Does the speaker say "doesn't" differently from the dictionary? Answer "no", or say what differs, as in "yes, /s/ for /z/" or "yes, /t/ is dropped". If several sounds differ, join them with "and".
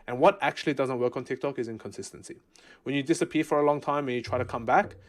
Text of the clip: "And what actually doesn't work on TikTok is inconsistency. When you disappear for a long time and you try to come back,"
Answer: no